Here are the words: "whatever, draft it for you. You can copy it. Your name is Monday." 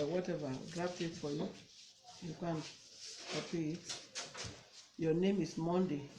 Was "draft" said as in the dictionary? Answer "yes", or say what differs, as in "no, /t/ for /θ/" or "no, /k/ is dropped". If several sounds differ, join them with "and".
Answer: no, /p/ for /f/